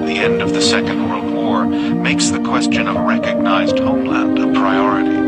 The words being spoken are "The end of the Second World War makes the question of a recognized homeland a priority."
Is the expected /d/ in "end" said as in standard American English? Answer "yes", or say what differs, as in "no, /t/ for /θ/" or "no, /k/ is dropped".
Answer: yes